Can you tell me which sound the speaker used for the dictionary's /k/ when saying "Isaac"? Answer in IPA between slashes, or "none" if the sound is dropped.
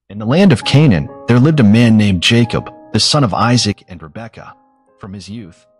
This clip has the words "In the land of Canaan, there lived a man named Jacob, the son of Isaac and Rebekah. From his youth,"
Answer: /k/